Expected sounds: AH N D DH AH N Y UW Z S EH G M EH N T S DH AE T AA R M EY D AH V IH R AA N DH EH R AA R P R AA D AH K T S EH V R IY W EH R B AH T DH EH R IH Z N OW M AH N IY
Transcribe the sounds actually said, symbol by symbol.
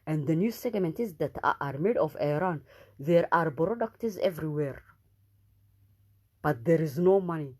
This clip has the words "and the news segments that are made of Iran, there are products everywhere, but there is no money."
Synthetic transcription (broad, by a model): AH N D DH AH N Y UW S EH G M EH N T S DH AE T AA R M EY D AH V IH R AA N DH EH R AA R B R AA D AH K T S EH V R IY W EH R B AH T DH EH R IH Z N OW M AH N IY